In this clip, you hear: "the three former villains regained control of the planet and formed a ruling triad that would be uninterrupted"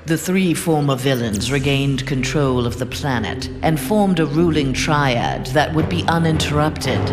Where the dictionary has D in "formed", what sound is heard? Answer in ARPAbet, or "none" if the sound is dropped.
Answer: D